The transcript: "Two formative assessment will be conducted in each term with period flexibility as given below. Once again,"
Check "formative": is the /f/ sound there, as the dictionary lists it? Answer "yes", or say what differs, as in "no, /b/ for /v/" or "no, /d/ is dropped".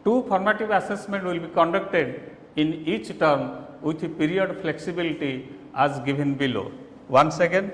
no, /p/ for /f/